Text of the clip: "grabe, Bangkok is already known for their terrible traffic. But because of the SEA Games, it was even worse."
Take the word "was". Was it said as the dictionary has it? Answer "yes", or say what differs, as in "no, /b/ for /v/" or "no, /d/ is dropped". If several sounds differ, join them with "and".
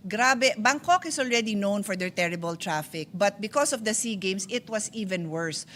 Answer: no, /s/ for /z/